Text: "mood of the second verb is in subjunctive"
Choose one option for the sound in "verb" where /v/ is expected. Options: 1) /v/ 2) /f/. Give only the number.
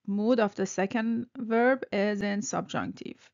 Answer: 1